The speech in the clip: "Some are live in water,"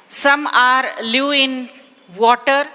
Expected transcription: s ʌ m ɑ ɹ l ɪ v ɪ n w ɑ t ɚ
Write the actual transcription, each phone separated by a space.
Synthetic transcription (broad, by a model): s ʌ m ɑ ɹ l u ɪ n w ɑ t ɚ